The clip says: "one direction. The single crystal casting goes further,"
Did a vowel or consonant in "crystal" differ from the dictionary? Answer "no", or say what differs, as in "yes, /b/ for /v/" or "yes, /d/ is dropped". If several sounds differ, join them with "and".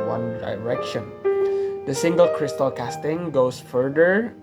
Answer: no